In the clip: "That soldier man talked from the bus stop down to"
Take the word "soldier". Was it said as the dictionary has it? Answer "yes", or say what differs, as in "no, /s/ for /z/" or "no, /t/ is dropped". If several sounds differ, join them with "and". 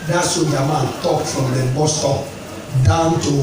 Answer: no, /l/ is dropped